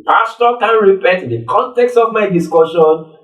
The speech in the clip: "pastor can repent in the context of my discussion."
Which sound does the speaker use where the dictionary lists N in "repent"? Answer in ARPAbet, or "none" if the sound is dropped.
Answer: none